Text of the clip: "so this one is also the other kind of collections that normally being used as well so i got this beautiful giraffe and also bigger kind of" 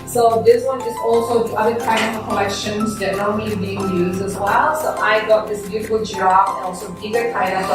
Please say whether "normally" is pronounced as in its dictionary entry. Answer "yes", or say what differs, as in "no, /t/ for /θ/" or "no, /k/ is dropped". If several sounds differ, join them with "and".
no, /l/ is dropped